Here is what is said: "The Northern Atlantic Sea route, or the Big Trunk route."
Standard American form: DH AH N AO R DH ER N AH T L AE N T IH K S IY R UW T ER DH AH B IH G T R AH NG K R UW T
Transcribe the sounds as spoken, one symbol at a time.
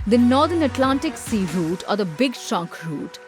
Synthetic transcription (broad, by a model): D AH N AO R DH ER N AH T L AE N T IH K S IY R UW T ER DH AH B IH G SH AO K R UW T